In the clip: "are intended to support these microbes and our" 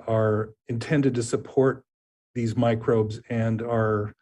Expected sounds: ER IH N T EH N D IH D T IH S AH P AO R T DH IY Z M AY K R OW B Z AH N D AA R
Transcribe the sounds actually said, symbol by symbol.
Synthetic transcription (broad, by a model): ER IH N T EH N D IH D T IH S AH P AO R T DH IY Z M AY K R OW B Z AH N D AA R